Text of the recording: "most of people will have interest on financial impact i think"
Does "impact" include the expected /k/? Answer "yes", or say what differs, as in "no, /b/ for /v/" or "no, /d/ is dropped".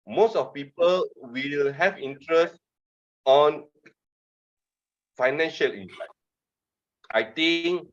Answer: no, /k/ is dropped